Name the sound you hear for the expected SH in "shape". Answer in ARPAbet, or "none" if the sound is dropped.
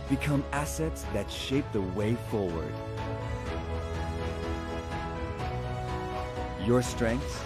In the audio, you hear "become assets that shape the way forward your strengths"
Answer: SH